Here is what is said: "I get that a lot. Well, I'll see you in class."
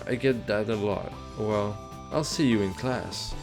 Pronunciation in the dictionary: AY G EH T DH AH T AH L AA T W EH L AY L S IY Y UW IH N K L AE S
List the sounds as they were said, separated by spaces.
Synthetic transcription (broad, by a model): AY G EH T DH AH T AH L AA T W EH L AY L S IY Y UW IH N K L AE S